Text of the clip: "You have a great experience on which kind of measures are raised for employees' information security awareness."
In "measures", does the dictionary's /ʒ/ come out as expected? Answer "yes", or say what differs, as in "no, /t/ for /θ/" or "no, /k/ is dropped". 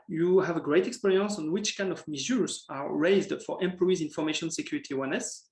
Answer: no, /z/ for /ʒ/